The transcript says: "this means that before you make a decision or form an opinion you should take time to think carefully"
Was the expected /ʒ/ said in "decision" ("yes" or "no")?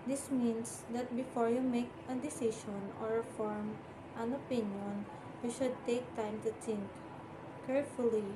no